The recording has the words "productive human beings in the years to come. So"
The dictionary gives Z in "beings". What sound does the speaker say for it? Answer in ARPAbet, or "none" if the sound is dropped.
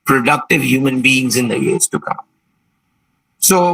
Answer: Z